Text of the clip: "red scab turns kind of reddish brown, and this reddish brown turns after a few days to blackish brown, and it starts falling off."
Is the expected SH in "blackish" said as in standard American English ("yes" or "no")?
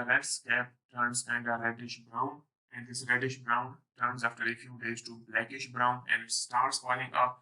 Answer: yes